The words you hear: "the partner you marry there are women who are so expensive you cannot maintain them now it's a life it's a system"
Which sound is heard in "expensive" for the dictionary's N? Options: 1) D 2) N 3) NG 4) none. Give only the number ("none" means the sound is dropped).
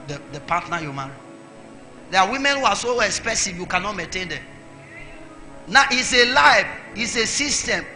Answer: 4